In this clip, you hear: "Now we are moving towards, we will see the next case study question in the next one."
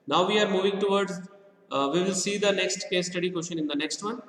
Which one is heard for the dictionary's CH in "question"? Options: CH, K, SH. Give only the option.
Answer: SH